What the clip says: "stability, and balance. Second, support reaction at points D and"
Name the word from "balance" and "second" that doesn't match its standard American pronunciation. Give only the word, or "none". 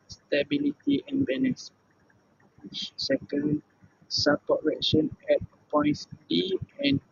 balance